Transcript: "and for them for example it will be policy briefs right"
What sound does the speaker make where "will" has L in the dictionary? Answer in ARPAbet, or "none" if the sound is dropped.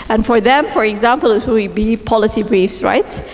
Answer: W